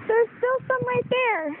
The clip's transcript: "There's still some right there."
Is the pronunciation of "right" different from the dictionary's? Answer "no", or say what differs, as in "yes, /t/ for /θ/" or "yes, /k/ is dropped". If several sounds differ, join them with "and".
yes, /l/ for /ɹ/